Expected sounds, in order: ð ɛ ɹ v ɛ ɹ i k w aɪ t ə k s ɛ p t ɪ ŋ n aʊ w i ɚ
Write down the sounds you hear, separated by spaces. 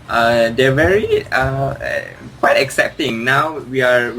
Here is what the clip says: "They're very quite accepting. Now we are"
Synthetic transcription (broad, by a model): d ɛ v ɛ ɹ i k w aɪ t ə k s ɛ p t ɪ ŋ n aʊ w i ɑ